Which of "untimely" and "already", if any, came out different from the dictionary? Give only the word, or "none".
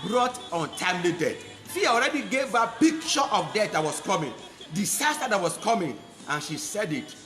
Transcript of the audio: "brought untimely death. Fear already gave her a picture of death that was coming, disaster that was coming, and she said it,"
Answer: none